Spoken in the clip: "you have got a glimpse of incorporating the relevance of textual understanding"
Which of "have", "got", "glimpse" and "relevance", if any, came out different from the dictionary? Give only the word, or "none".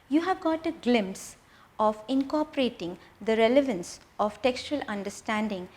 none